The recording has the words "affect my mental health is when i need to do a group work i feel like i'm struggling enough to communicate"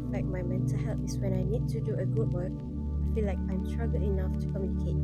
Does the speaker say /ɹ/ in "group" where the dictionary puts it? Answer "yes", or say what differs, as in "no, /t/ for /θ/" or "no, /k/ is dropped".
no, /ɹ/ is dropped